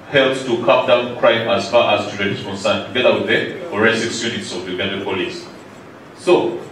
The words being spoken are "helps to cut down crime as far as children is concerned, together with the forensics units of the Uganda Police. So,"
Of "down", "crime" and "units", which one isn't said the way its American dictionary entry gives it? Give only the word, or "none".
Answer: none